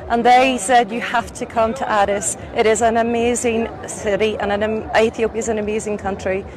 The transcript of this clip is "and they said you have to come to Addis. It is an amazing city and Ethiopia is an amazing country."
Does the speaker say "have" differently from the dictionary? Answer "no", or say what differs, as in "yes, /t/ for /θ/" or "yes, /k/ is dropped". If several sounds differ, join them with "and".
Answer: yes, /f/ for /v/